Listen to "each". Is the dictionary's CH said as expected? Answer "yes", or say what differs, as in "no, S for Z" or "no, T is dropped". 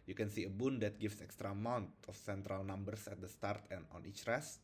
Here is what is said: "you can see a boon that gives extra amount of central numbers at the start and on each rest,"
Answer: yes